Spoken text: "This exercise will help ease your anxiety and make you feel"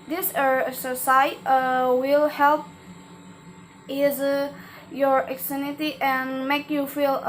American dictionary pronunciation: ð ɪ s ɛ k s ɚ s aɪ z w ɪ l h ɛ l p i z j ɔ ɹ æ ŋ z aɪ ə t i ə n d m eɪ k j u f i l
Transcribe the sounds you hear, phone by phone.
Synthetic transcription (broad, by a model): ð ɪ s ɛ s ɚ s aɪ w ɪ l h ɛ l p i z j ɔ ɹ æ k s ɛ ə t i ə n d m eɪ k j u f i l